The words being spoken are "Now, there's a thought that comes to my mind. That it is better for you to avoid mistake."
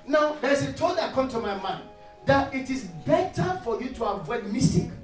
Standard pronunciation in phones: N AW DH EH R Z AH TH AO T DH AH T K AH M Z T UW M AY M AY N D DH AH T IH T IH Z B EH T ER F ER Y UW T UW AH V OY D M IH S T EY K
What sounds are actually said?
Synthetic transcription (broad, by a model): N AW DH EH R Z AH T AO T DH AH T K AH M T UW M AY M AY N D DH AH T IH T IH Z B EH T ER F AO Y UW T UW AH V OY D M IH S T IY K